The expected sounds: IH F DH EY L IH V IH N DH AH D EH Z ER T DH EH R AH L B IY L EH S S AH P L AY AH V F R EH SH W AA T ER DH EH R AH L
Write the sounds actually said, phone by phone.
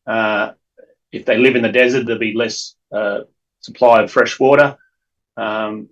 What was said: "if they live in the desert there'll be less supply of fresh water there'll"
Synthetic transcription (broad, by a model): IH F DH EY L IH V IH N DH AH D EH Z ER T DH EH AH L B IY L EH S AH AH P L AY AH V F R EH SH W AA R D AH R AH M